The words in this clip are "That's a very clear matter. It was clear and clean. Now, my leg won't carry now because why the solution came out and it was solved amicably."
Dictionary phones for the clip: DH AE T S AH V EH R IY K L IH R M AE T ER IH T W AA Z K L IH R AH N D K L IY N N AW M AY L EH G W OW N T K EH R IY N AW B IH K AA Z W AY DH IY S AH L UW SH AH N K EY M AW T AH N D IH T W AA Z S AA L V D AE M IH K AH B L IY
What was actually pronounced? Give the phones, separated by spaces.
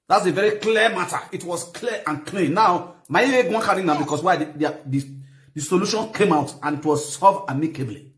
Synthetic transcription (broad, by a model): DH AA T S AH V EH R IY K L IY M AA T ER IH T W AA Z K L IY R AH N K L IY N N AW M AY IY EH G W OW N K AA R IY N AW B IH K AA S W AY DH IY S AH L UW SH AH N K EY M AW T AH N IH T W AA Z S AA V AA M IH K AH B L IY